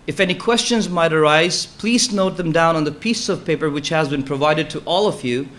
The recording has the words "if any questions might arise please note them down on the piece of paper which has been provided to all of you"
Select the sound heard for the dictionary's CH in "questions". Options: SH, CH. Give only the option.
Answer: CH